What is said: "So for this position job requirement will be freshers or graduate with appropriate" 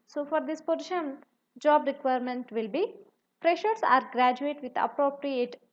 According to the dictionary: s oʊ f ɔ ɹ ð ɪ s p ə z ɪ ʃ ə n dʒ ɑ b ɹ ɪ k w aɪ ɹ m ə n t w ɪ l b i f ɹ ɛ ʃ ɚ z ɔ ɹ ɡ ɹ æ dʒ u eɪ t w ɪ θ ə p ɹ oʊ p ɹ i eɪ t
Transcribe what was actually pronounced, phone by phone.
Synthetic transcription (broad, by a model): s oʊ f ɔ ɹ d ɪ s p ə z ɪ ʃ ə n dʒ ɑ b ɹ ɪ k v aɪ ɹ m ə n t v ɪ l b i p ɹ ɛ ʃ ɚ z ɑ ɹ ɡ ɹ æ dʒ u eɪ t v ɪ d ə p ɹ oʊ p ɹ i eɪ t